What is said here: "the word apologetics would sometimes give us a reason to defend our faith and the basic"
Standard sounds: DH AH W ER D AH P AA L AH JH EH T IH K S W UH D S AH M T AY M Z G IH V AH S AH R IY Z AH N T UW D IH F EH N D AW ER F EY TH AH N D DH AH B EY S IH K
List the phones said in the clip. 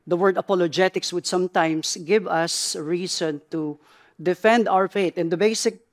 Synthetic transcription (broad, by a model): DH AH W ER D AH P AA L AH JH EH T IH K S W UH D S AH M T AY M S G IH V AH S R IY S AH N T UW D IH F EH N D AW ER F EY T AH N D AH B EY S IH K